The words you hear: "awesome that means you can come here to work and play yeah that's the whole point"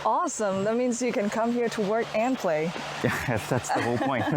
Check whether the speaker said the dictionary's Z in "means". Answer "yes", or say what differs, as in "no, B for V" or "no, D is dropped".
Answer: yes